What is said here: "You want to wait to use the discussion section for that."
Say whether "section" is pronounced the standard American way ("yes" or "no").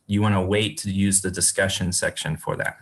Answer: yes